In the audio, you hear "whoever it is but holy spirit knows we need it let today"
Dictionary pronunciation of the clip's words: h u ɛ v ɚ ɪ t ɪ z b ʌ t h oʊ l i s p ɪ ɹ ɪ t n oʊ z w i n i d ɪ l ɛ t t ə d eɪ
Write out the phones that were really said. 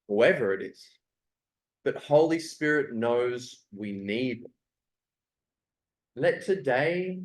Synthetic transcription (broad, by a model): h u ɛ v ɚ ɪ t ɪ z b ʌ t h oʊ l i s p ɪ ɹ ɪ t n oʊ z w i n i d l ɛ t t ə d eɪ